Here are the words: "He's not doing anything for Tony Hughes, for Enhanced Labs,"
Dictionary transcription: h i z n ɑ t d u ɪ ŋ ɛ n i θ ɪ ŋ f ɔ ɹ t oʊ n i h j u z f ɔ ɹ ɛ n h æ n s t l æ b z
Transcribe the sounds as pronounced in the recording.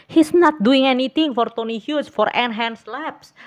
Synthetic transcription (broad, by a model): h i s n ɑ t d u ɪ ŋ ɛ n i t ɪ ŋ f ɔ ɹ t oʊ n i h j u s f ɔ ɹ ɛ n h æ n s l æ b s